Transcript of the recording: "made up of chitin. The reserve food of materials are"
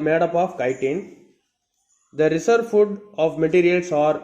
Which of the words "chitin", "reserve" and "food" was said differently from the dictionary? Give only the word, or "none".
reserve